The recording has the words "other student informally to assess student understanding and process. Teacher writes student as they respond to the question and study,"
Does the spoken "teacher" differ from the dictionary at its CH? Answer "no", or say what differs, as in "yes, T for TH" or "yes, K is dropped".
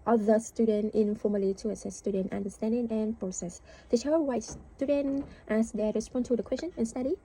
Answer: yes, CH is dropped